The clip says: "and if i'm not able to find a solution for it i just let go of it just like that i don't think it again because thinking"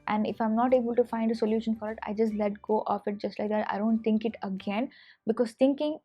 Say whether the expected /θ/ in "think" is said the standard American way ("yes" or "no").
no